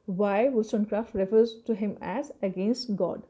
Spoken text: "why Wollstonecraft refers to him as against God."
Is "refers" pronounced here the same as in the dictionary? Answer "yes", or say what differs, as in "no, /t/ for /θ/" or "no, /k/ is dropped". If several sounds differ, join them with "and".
yes